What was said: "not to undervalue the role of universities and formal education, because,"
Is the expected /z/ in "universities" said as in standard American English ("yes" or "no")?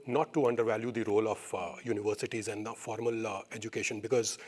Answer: yes